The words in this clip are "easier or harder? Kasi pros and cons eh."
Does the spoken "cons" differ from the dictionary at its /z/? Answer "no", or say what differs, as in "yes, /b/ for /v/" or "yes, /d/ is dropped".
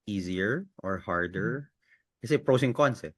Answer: yes, /s/ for /z/